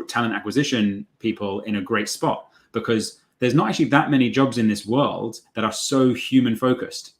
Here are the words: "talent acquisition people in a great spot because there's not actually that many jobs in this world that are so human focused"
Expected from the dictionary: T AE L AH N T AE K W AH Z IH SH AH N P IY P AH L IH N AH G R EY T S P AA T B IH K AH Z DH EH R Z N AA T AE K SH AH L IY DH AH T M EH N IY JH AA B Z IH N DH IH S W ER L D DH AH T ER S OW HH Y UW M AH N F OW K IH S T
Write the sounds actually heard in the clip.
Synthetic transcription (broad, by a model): T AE L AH N T AE K W AH Z IH SH AH N P IY P AH L IH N AH G R EY T S P AA T B IH K AH Z DH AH R Z N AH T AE K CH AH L IY DH AH T M EH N IY JH AA B Z IH N DH IH S W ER L D DH AH T ER S OW HH Y UW M AH N F OW K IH S T